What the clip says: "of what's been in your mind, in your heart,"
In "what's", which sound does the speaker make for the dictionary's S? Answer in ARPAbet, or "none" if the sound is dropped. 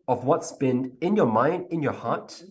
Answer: S